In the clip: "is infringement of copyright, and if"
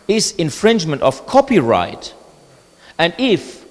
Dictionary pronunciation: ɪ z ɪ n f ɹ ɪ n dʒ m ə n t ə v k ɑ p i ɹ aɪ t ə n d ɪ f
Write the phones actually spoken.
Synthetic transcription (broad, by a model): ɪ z ɪ n f ɹ ɪ n dʒ m ə n t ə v k ɑ p i ɹ aɪ t ə n d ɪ f